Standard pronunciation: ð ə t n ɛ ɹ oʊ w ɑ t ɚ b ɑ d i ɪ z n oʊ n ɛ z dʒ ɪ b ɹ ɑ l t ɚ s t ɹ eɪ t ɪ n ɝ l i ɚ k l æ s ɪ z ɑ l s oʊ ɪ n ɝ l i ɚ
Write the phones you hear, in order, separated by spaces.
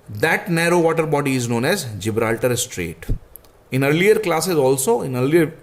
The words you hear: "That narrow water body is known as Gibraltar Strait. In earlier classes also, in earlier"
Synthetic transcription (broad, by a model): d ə t n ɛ ɹ oʊ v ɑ t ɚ b ɑ d i ɪ z n oʊ n ɛ z dʒ ɪ b ɹ ɑ l t ɚ s t ɹ eɪ t ɪ n ɝ l i ɚ k l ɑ s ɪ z ɑ l s oʊ ɪ n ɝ l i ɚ